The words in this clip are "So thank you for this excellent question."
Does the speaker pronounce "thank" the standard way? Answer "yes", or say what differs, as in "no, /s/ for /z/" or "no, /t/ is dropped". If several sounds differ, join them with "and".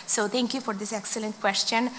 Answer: no, /t/ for /θ/